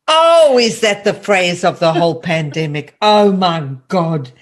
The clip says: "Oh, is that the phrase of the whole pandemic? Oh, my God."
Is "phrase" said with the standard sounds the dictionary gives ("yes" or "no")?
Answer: yes